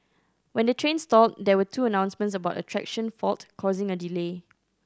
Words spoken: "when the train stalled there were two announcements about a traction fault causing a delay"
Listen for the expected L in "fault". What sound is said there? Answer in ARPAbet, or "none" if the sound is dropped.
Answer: L